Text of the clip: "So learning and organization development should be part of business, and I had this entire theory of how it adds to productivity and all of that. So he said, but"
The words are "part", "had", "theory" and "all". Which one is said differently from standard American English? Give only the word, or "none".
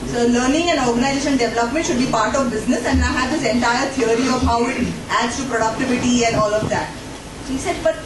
theory